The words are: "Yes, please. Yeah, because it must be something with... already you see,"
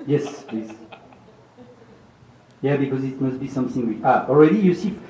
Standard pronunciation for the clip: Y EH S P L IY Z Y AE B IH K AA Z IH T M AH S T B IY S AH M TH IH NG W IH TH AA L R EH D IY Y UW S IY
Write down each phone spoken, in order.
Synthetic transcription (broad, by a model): Y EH S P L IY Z Y AE B IH K AA Z IH T M AH S T B IY S AH M TH IH NG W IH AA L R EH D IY Y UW S IY